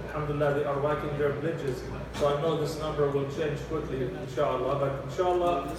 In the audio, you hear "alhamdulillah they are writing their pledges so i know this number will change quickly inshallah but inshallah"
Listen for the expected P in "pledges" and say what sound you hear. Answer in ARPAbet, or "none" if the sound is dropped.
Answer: B